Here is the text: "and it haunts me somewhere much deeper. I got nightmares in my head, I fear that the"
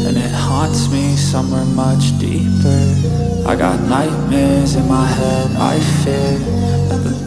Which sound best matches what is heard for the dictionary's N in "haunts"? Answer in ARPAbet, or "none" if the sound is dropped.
N